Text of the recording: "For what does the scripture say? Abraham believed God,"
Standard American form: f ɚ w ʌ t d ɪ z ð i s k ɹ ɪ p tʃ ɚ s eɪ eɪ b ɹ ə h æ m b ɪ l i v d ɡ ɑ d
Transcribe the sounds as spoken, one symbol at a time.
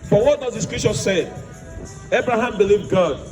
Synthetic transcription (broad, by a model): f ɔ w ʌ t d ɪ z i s k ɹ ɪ tʃ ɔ s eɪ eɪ b ɹ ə h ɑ m b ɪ l i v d ɡ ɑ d